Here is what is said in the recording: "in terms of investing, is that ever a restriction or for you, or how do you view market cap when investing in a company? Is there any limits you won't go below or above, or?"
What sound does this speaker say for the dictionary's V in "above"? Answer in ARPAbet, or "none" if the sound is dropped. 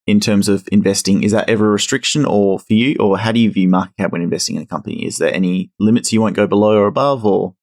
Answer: V